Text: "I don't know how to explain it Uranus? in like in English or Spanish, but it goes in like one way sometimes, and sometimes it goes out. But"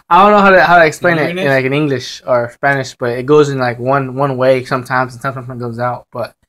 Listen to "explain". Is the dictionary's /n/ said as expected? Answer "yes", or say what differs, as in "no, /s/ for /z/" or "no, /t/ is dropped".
no, /n/ is dropped